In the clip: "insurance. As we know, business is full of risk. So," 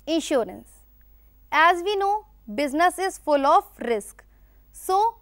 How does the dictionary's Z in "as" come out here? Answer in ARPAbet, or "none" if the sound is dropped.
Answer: Z